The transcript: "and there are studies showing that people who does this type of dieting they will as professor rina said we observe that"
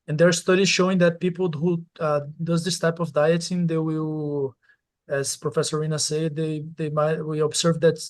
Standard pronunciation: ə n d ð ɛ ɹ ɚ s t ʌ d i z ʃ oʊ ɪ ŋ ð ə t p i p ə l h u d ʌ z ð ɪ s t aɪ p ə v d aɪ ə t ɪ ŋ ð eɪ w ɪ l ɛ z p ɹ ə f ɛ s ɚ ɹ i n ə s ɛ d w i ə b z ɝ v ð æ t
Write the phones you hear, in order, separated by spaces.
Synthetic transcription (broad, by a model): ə n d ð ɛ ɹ s t ʌ d i z ʃ oʊ ɪ ŋ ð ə t p i p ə l h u d ʌ z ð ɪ s t aɪ p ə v d aɪ ə t ɪ ŋ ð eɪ w ɪ l ɛ z p ɹ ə f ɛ s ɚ ɹ i n ə s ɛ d w i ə b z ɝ v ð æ t